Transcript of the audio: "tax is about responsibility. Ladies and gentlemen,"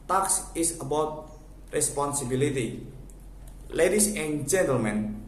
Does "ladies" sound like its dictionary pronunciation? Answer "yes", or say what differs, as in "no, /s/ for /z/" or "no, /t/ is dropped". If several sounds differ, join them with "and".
no, /s/ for /z/